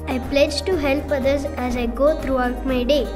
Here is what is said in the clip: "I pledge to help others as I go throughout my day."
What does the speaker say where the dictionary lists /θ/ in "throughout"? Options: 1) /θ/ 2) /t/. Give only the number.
2